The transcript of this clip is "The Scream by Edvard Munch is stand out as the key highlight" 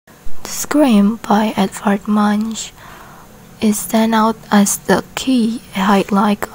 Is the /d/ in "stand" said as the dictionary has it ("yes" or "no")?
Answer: no